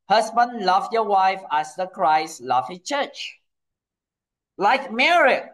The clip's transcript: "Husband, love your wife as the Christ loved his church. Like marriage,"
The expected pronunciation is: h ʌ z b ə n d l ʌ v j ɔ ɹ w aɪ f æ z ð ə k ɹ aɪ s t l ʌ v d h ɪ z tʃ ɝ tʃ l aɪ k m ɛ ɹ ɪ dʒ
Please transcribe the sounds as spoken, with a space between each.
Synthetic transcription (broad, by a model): h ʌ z b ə n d l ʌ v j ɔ w aɪ f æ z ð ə k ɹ aɪ s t l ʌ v h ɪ s tʃ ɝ tʃ l aɪ k m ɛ ɹ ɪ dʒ